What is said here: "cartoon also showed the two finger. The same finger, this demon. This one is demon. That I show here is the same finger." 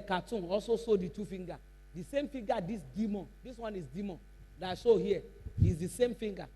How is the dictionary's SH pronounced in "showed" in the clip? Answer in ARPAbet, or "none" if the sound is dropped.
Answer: S